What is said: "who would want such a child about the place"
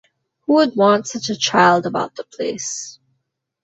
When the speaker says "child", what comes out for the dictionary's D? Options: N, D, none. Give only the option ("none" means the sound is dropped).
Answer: D